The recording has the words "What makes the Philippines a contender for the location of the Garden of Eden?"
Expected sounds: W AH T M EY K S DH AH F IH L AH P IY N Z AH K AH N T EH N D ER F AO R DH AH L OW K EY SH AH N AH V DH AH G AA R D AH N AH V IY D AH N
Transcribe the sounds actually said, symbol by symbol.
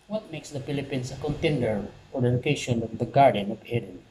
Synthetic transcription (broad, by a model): W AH T M EY K S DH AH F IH L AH P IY N S AH K AH N T EH N D ER F AO R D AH L OW K EY SH AH N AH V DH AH G AA R D AH N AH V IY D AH N